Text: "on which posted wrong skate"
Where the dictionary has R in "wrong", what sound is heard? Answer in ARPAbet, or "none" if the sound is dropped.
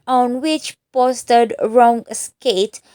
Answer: R